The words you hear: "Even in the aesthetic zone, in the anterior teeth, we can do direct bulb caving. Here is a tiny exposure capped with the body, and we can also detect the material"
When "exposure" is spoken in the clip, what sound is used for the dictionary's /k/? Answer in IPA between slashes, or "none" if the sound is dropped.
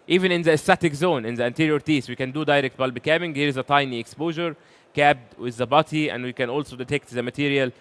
/k/